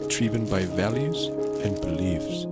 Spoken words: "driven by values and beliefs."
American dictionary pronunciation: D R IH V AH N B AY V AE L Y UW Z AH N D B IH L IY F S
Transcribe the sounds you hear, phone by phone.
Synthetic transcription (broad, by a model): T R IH V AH N B AY V AE L Y UW Z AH N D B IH L IY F S